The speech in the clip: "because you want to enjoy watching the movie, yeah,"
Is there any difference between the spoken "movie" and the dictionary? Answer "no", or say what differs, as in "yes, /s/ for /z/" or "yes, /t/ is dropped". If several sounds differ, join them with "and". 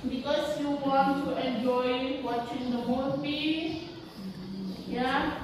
yes, /p/ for /v/